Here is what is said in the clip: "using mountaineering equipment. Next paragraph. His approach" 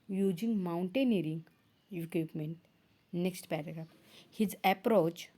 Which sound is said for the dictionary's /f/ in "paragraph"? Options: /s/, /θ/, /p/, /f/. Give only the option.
/p/